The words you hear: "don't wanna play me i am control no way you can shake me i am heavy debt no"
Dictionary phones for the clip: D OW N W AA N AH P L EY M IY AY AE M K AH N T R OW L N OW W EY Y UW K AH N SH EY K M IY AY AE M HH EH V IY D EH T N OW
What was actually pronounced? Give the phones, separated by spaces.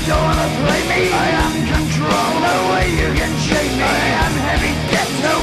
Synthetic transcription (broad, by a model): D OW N W AA N AH P L EY M IY AY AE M K AH N T R OW L N OW W EY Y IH K AH N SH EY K M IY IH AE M HH EH V IY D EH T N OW